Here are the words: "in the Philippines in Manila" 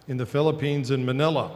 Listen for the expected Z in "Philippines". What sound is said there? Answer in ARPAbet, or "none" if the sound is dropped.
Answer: Z